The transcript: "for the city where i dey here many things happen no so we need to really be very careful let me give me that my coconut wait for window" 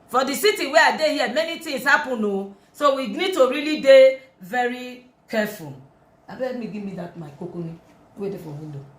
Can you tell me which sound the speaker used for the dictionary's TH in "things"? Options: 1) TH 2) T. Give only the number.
2